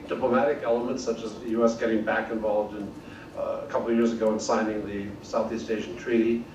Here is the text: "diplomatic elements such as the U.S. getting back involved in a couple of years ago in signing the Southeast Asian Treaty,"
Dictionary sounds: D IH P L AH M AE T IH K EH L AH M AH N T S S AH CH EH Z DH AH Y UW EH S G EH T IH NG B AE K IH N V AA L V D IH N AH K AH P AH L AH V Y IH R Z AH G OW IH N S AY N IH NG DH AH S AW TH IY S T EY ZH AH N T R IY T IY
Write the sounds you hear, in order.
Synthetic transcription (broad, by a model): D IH P L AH M AE T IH K EH L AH M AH N T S S AH CH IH Z DH AH Y UW EH S G EH T IH NG B AE K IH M V AA L V D IH N AH K AH P L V Y IH R Z AH G OW IH N S AY N IH NG DH AH S AW TH IY S T EY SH N T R IY T IY